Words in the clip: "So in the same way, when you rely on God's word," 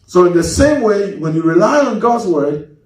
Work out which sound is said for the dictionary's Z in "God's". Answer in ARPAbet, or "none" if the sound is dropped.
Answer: Z